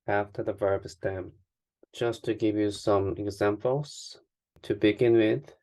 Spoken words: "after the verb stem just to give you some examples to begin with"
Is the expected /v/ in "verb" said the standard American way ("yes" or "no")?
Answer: yes